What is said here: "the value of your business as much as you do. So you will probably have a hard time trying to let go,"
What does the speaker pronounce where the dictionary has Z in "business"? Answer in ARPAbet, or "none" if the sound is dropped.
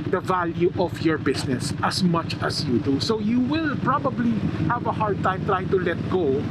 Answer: S